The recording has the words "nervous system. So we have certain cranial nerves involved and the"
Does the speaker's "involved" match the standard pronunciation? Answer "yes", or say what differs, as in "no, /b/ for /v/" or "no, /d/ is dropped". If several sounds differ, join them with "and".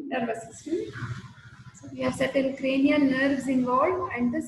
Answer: no, /d/ is dropped